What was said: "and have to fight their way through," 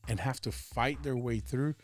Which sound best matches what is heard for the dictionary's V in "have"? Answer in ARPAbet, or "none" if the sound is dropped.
F